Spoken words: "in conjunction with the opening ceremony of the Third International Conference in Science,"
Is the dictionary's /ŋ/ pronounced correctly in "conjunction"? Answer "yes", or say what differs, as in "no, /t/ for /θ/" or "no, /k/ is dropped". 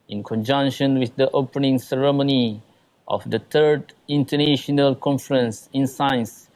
yes